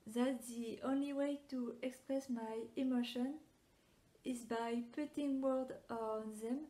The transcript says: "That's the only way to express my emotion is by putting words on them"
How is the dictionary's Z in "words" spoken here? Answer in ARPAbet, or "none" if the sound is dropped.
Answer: none